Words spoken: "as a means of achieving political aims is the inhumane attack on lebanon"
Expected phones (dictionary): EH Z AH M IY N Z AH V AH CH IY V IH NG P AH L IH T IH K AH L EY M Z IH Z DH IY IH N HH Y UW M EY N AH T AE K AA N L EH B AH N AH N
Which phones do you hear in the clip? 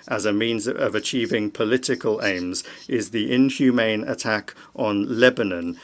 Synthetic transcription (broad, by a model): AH Z AH M IY N Z AH V AH CH IY V IH NG P AH L IH T IH K AH L EY M Z IH Z DH IY IH N HH Y UW M EY N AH T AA K N L EH B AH N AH N